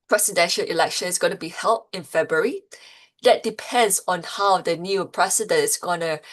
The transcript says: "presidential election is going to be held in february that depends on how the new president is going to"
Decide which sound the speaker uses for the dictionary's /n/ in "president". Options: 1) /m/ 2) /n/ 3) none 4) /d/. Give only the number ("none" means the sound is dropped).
3